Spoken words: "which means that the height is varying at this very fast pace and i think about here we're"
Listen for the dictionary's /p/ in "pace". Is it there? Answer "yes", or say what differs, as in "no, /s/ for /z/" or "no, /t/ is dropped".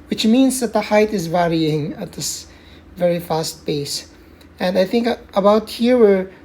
no, /b/ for /p/